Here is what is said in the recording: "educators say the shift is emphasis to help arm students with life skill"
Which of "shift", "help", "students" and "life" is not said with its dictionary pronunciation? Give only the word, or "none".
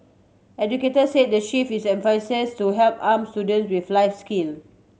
shift